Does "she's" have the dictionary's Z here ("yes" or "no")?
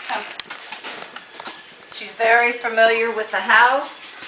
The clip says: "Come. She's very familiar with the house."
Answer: yes